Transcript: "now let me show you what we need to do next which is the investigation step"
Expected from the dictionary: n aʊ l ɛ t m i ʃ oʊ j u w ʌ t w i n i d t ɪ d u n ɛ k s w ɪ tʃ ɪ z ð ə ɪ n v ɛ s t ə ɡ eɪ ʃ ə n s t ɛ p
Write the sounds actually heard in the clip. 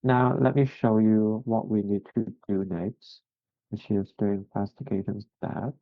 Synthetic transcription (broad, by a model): n aʊ l ɛ t m i ʃ oʊ j u w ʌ t w i n i d t ɪ d u n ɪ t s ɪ ʃ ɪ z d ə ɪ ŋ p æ s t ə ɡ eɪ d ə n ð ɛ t